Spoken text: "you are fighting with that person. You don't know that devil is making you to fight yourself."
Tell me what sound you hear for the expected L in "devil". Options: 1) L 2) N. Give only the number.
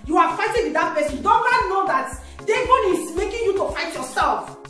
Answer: 2